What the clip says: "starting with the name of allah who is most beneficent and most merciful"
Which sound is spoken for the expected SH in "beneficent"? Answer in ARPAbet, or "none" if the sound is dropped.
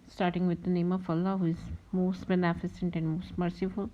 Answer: S